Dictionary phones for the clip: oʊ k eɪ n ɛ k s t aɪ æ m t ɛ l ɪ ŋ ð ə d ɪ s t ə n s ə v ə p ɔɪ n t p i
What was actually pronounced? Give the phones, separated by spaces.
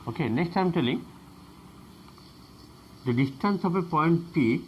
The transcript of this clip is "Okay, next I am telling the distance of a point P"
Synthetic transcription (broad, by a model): oʊ k eɪ n ɛ k s t aɪ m t ɛ l ɪ ŋ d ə d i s t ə n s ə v ə p ɔɪ n t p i